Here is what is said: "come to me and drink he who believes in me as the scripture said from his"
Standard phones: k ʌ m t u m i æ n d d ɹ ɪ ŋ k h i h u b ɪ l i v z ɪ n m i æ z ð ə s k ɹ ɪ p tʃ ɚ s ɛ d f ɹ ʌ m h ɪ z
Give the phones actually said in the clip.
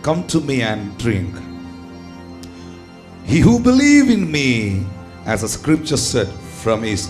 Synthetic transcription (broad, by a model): k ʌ m t u m i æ n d d ɹ ɪ ŋ k h i h u b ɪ l i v ɪ n m i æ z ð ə s k ɹ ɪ p tʃ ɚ s ɛ d f ɹ ʌ m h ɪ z